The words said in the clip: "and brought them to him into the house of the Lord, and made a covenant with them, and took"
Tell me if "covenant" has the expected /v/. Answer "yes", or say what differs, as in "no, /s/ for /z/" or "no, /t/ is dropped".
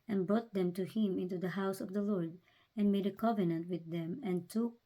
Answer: yes